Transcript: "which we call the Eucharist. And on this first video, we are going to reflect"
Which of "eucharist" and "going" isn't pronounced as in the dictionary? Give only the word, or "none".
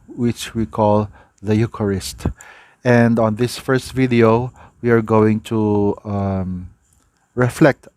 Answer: none